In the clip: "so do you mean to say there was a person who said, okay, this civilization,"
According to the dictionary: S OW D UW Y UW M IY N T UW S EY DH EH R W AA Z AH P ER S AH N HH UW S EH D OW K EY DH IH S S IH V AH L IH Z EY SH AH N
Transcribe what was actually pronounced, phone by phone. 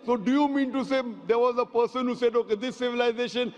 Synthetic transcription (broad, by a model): S OW D UW Y UW M IY N T UW S EY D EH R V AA Z AH P ER S AH N HH UW S EH D OW K EY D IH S S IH V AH L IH Z EY SH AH N